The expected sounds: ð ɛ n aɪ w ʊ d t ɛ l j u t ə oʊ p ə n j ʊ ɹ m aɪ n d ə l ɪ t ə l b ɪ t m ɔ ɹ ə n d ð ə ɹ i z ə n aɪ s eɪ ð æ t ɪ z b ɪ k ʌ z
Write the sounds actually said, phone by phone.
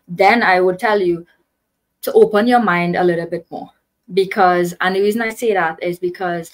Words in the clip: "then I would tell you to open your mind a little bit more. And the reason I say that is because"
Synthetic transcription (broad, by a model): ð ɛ n aɪ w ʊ d t ɛ l j u t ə oʊ p ə n j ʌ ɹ m aɪ n d ə l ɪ t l b ɪ t m ɔ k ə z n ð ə ɹ i z ə n aɪ s eɪ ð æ t ɪ z b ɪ k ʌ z